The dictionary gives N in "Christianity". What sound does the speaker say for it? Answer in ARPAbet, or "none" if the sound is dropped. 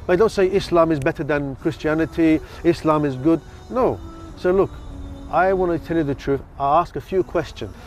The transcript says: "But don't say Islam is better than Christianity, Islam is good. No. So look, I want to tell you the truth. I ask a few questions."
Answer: N